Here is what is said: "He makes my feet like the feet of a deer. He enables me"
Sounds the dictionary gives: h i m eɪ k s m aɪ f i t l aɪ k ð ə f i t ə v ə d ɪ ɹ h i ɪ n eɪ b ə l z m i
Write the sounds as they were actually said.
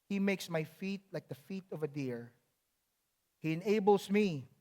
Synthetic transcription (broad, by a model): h i m eɪ k s m aɪ f i t l aɪ k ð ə f i t ə v ə d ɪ ɹ h i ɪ n eɪ b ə l s m i